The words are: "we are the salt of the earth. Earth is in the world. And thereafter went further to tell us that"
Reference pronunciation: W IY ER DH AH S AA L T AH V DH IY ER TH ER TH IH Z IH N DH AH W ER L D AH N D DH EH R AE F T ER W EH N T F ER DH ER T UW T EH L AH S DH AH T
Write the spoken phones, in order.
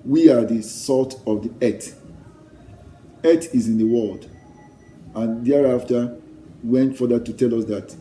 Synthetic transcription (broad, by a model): W IY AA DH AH S AA T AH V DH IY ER T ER T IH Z IH N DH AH W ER L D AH N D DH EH R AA F T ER W EH N T F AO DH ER T UW T EH L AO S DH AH T